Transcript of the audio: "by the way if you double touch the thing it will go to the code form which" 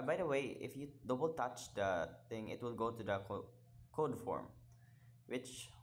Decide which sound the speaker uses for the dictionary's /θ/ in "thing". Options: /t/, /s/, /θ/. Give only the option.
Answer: /t/